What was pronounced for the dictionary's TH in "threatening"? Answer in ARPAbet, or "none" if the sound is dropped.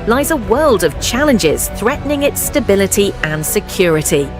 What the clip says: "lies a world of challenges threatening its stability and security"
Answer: TH